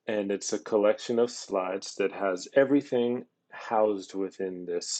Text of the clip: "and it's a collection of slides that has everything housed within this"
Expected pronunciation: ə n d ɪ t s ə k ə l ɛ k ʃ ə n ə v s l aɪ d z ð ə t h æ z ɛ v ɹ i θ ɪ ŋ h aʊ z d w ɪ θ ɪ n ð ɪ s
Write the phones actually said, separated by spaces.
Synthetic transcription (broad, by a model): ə n ɪ t s ə k ə l ɛ k ʃ ə n ə v s l aɪ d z ð ə t h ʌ z ɛ v ɹ i θ ɪ ŋ h aʊ z d w ɪ θ ɪ n ð ɪ s